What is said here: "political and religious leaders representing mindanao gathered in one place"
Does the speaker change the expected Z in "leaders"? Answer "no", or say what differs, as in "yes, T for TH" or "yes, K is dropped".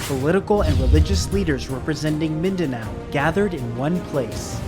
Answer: no